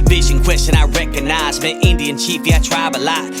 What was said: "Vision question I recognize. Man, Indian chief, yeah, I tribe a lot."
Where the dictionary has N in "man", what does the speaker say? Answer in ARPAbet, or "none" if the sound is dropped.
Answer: none